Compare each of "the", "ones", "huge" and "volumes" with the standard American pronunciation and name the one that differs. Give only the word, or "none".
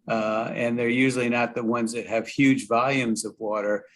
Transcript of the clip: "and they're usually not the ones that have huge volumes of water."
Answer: none